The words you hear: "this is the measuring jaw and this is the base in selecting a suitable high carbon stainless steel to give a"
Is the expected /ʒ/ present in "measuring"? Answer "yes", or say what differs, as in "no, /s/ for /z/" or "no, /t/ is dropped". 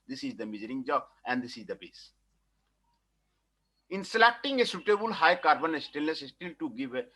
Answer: no, /z/ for /ʒ/